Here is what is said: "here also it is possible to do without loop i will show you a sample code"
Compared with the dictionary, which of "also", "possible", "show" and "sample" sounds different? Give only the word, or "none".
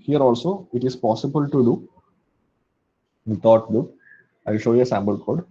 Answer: sample